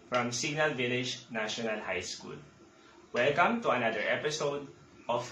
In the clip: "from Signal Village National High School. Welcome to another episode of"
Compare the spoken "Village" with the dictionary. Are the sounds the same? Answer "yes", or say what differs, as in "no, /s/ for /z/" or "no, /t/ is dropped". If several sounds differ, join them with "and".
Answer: yes